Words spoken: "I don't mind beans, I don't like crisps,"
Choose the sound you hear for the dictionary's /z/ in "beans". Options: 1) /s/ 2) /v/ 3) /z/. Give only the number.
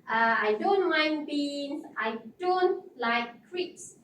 1